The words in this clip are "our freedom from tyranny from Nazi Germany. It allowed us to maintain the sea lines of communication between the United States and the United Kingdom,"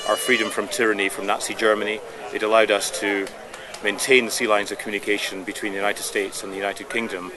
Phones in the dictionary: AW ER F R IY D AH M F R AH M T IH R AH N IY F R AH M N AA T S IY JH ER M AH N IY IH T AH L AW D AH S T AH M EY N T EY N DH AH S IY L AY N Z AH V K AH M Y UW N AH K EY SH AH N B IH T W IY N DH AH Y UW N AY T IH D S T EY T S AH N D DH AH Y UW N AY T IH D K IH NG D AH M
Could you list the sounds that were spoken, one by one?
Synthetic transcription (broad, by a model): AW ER F R IY D AH M F R AH M T IH R AH N IY F R AH M N AA T S IY JH ER M AH N IY IH T AH L AW D AH S T AH M EY N T EY N DH AH S IY L AY N Z AH V K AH M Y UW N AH K EY SH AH N B IH T W IY N DH AH Y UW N AY T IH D S T EY T S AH N DH AH Y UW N AY T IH D K IH NG D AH M